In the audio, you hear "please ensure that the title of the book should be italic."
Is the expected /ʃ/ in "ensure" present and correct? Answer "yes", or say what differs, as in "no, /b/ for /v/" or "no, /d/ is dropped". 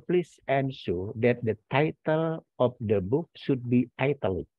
no, /s/ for /ʃ/